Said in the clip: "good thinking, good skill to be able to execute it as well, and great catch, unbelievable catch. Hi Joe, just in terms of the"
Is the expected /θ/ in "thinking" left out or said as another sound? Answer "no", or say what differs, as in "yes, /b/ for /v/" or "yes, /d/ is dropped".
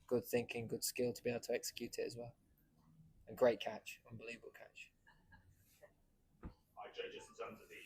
no